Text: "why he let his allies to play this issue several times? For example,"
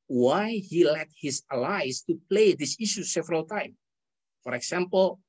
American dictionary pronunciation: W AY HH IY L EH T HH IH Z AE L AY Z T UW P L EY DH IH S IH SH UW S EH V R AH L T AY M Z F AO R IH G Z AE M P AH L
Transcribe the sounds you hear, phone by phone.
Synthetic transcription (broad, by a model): W AY HH IY L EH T HH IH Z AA L AY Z T UW P L EY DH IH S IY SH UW S EH V R AH L T AY M F AO R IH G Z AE M P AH L